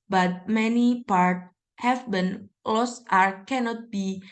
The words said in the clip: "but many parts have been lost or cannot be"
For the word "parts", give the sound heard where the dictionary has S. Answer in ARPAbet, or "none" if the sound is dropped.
none